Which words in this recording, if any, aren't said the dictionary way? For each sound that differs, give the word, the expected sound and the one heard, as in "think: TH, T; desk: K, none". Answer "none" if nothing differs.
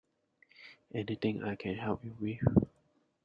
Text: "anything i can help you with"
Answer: anything: TH, T